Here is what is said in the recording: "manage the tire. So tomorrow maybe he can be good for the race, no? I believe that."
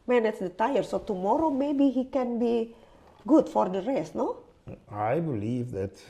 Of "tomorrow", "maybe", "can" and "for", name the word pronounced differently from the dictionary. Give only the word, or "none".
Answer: none